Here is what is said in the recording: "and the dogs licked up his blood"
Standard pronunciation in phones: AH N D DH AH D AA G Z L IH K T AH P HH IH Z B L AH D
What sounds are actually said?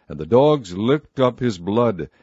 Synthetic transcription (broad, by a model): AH N DH AH D AA G Z L IH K T AH P HH IH Z B L AH D